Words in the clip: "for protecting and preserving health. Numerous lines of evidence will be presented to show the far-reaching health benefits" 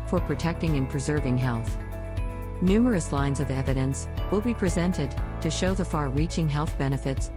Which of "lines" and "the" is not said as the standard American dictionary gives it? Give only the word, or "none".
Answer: none